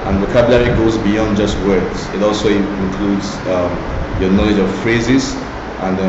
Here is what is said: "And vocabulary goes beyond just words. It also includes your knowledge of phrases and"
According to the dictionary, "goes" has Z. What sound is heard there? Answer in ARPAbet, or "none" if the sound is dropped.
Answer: Z